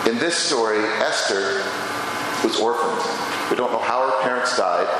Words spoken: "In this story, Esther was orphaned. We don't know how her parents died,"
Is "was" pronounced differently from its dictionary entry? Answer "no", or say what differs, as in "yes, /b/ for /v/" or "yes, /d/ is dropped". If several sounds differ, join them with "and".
no